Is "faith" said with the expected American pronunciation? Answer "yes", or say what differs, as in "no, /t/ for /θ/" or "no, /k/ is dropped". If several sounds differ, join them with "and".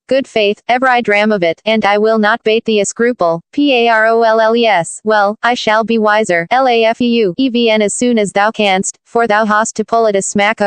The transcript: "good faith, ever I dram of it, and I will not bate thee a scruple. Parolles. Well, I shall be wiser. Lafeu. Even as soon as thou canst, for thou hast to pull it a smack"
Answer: yes